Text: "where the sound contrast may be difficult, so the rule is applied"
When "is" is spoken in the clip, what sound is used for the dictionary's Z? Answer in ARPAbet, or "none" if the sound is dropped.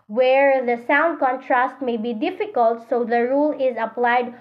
Z